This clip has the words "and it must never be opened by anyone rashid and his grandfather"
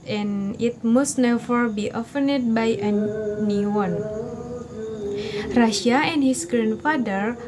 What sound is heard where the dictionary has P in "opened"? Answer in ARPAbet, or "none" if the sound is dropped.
F